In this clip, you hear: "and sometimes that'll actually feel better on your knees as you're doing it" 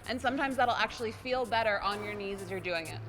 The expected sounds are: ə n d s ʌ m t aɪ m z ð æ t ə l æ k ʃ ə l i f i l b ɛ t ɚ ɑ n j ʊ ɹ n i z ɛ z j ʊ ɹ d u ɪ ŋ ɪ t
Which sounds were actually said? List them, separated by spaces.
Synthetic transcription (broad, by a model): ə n s ʌ m t aɪ m z ð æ t l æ k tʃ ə l i f i l b ɛ t ɚ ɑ n j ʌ ɹ n i z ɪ z j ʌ ɹ d u ɪ ŋ ɪ t